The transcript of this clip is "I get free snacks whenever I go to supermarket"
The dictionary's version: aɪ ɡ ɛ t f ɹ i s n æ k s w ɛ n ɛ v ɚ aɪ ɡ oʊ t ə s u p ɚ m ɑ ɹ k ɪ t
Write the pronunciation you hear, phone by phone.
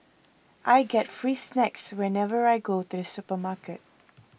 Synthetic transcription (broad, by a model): aɪ ɡ ɛ t f ɹ i s n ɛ k s w ɛ n ɛ v ɚ aɪ ɡ oʊ t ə s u p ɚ m ɑ k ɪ t